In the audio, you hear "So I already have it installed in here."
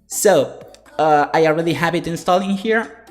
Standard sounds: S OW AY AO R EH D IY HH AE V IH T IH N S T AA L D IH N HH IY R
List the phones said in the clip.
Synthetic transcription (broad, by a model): S OW AY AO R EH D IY HH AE P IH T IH N S T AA L IH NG HH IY R